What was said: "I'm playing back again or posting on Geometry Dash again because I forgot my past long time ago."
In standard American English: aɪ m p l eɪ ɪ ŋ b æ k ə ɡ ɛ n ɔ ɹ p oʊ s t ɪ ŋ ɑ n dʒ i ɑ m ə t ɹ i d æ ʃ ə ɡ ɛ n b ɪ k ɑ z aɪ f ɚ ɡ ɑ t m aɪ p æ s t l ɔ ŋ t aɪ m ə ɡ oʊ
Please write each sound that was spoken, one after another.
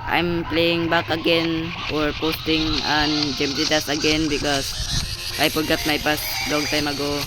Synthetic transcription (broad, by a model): aɪ m p l eɪ ɪ ŋ b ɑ k ə ɡ ɛ n ɔ ɹ p oʊ s t ɪ ŋ ɑ n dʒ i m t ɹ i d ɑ s ə ɡ ɛ n b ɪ k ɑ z aɪ p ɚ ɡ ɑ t m aɪ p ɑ s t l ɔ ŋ t aɪ m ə ɡ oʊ